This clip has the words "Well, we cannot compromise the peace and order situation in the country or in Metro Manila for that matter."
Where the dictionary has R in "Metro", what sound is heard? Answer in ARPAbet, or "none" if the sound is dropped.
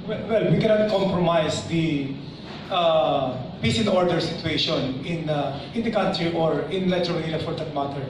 none